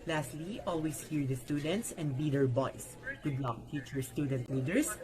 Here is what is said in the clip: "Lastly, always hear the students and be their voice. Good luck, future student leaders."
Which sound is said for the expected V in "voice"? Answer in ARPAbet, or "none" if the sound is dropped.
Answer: B